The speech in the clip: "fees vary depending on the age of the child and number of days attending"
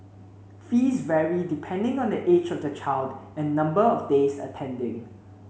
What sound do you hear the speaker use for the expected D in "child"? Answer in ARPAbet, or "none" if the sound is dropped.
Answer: D